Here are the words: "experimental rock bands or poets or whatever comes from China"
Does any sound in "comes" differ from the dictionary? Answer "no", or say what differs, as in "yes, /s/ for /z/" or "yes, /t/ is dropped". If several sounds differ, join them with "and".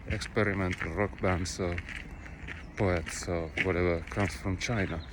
yes, /s/ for /z/